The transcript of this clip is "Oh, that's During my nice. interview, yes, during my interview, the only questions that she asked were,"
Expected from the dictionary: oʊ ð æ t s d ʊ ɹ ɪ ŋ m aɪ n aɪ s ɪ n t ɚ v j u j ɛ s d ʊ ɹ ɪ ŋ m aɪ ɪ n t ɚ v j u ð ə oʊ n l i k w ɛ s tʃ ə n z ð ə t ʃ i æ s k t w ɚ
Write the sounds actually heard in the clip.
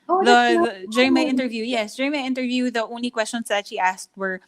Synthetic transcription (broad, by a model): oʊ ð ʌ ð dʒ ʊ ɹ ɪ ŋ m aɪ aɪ ɪ n t ɚ v j u j ɛ s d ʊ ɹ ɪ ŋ m aɪ ɪ n t ɚ v j u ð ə oʊ n l i k w ɛ s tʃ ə n s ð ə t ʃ i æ s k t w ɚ